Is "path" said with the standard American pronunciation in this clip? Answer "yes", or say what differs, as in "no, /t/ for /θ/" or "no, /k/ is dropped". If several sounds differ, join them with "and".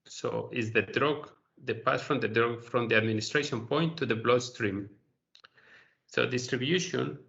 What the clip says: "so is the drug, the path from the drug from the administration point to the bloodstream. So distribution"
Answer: no, /s/ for /θ/